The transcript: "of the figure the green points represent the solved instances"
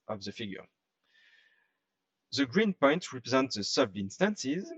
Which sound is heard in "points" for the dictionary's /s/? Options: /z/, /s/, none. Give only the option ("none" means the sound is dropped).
none